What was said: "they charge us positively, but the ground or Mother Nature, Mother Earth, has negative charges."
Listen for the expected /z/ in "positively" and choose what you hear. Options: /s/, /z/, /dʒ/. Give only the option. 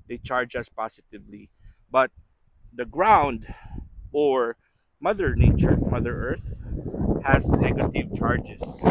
/s/